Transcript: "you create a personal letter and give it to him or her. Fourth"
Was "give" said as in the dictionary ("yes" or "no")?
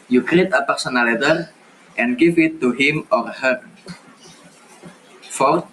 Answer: no